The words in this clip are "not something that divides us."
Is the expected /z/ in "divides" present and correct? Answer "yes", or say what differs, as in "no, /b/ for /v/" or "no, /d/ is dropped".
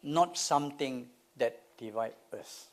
no, /z/ is dropped